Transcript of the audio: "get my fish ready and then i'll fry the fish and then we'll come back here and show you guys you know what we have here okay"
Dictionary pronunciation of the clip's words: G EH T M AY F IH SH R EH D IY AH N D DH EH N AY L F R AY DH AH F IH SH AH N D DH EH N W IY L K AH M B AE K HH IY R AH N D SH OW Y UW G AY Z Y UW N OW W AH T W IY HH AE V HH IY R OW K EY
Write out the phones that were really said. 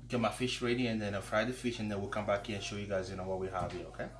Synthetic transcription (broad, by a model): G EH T M AY F IH SH R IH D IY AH N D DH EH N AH F R AY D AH F IH SH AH N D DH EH N W IY L K AH M B AE K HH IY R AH N SH OW Y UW G AY Z Y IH N OW W AH T W IY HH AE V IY OW K EY